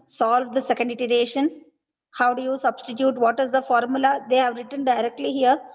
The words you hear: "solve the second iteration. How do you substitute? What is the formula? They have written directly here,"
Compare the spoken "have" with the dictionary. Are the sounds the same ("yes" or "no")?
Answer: yes